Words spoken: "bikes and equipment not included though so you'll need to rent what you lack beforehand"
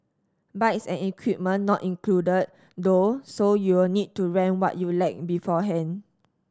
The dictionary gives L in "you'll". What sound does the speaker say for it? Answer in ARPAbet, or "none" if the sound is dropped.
W